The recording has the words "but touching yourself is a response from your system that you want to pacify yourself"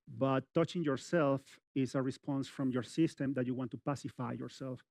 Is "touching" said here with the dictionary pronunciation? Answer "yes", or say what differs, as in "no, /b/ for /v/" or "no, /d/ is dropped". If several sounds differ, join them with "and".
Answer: yes